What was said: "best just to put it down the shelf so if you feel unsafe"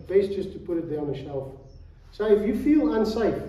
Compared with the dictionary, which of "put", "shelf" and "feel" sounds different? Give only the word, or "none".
none